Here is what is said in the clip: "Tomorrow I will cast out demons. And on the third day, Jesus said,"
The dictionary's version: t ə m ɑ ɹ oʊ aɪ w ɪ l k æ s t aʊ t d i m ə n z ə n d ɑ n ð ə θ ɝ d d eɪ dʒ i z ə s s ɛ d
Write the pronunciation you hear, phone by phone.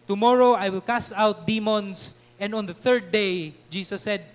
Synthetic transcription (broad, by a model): t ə m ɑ ɹ oʊ aɪ w ɪ l k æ s aʊ t d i m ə n s ə n d ɑ n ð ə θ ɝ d d eɪ dʒ i s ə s s ɛ d